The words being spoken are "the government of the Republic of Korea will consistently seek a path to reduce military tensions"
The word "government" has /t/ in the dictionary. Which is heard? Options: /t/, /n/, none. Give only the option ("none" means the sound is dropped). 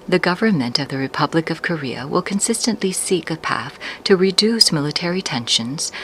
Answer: /t/